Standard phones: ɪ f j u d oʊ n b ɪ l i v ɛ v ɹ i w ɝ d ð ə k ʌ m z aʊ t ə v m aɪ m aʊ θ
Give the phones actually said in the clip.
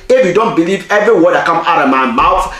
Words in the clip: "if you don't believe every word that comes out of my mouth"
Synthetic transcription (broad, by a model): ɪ f j u d oʊ n b ɪ l i v ɛ v ɹ i w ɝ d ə k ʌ m aʊ t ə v m aɪ m aʊ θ